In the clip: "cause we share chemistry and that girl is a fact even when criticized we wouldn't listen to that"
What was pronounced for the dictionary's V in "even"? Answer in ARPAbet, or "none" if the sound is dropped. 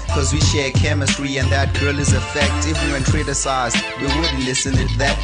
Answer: W